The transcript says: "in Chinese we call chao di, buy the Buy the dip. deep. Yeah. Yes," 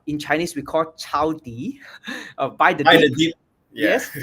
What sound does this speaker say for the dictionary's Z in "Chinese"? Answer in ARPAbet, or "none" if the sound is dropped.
S